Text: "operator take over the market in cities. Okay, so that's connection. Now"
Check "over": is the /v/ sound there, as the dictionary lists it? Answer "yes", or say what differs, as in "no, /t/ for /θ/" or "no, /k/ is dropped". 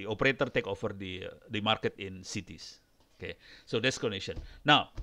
no, /f/ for /v/